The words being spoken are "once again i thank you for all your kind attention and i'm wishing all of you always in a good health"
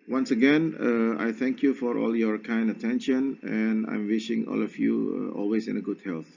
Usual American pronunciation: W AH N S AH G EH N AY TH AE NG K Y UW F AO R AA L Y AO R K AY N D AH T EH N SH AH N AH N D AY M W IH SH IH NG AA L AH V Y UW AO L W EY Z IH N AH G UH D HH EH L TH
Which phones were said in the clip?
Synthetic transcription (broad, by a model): W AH N S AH G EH N AY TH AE NG K Y UW F AO R AA L Y AO R K AY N D AH T EH N SH AH N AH N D AY M W IH SH IH NG AA L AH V Y UW AO L W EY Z IH N AH G UH D HH EH L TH